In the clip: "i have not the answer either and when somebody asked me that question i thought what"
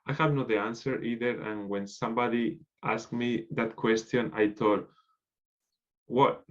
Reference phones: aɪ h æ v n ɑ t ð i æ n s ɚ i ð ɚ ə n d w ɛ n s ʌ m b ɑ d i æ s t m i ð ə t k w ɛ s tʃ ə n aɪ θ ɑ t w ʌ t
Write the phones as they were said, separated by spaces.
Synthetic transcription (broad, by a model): aɪ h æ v n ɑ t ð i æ n s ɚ i ð ɚ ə n w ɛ n s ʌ m b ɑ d i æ s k m i ð ə t k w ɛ s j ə n aɪ t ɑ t w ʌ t